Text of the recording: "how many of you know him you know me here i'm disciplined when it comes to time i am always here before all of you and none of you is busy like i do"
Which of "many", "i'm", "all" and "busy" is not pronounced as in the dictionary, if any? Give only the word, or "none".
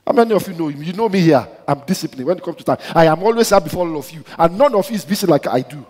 busy